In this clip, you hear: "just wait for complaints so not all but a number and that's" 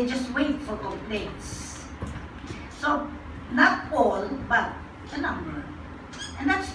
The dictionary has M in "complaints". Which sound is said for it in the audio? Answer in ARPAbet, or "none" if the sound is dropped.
none